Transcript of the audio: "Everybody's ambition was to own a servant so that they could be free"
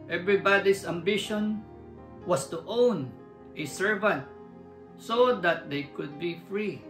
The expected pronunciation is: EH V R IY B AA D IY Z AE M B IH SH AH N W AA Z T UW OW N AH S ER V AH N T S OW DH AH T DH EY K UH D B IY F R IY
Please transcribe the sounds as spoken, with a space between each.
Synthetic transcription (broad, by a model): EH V R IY B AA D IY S AE M B IH SH AH N W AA S T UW OW N AH S ER V AH N T S OW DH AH T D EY K UH D B IY F R IY